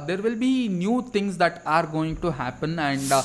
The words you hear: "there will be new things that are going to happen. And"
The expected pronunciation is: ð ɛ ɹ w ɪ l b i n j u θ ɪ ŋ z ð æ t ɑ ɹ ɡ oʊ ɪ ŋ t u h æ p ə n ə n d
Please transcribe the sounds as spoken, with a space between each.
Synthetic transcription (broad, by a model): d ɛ ɹ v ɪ l b i n j u t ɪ ŋ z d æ t ɑ ɹ ɡ oʊ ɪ ŋ t u h æ p ə n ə n d